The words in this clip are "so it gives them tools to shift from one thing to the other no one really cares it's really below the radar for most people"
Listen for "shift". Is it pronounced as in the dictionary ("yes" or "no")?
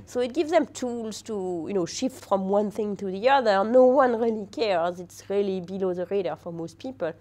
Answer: yes